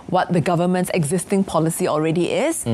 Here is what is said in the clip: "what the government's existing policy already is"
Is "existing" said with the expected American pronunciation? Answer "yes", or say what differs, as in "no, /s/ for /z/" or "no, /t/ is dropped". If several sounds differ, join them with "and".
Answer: yes